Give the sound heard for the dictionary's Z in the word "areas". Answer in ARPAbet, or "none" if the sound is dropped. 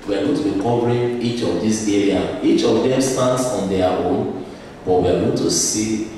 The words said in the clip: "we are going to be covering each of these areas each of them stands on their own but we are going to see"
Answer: none